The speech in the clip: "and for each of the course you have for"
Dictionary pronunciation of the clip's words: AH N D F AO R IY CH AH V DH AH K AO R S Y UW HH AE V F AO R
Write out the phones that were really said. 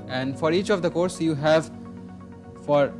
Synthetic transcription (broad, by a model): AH N D F AO R IY CH AH V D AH K AO R S Y UW HH AE V F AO R